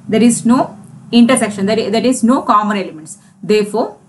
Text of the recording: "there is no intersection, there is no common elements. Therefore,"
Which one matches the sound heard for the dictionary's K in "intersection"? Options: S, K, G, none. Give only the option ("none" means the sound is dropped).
K